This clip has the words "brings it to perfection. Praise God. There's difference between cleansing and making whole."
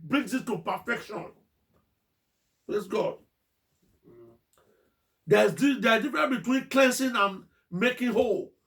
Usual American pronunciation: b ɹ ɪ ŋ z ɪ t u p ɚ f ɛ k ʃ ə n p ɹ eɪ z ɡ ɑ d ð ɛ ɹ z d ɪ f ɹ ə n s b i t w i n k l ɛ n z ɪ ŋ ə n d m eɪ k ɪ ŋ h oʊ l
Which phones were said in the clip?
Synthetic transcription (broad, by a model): b ɹ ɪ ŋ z ɪ t u p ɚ f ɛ k ʃ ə n p ɹ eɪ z ɡ ɑ d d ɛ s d d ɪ f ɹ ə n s b i t w i n k l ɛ n s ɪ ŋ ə n m eɪ k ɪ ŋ h oʊ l